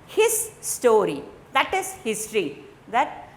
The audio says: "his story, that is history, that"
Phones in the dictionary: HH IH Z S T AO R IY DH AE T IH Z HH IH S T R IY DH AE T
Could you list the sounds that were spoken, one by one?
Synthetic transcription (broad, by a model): HH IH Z S T AO R IY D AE T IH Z HH IH S T R IY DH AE T